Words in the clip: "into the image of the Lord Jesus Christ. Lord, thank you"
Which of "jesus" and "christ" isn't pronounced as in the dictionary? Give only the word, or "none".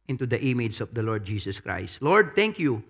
jesus